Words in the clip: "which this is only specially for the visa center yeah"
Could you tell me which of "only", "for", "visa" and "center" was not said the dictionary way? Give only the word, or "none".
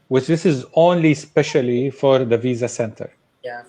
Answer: none